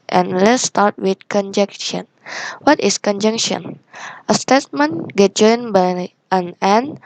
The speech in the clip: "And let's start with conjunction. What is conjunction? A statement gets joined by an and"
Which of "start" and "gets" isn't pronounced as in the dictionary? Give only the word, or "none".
gets